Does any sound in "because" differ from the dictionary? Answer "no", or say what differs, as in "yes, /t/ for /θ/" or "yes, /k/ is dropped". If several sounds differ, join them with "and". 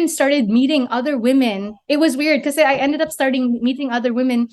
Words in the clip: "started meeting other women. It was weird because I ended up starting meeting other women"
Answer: yes, /z/ is dropped